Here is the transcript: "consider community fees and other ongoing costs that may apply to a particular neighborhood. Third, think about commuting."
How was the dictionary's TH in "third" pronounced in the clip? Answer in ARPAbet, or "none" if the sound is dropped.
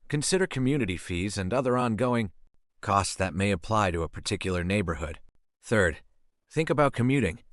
TH